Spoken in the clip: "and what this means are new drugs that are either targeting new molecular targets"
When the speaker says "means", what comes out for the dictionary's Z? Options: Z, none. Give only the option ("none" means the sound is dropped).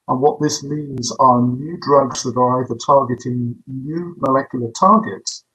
Z